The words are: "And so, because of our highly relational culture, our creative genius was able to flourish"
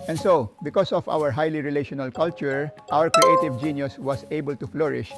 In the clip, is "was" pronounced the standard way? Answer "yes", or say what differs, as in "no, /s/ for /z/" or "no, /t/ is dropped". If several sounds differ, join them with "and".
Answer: no, /s/ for /z/